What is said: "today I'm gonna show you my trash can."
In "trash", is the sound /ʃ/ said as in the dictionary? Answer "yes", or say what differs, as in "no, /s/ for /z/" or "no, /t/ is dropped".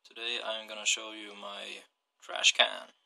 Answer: yes